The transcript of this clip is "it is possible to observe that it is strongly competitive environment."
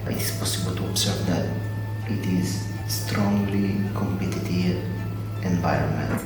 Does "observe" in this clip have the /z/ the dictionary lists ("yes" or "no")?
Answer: no